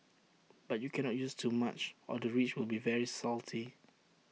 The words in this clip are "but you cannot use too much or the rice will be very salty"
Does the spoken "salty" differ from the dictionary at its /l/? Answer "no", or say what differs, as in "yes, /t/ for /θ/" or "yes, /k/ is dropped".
no